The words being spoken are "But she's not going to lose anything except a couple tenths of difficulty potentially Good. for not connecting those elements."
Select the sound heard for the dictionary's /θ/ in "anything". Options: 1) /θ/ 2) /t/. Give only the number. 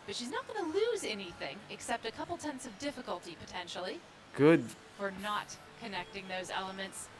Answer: 1